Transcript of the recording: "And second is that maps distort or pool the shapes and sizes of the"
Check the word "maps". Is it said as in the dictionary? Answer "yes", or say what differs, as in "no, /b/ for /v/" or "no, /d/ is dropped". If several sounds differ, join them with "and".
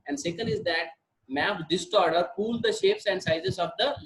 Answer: no, /s/ is dropped